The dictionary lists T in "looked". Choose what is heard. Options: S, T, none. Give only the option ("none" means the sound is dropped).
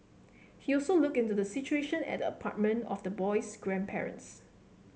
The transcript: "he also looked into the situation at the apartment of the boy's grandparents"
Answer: none